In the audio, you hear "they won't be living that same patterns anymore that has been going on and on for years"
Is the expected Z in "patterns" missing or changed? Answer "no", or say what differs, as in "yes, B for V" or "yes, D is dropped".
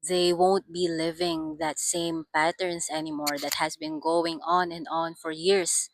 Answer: yes, S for Z